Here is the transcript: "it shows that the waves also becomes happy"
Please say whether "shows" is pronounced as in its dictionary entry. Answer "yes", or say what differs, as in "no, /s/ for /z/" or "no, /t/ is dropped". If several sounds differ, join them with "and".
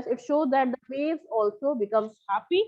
yes